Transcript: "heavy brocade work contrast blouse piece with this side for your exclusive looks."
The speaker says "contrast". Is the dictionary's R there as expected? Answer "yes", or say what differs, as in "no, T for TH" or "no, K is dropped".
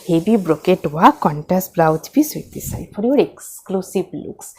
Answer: no, R is dropped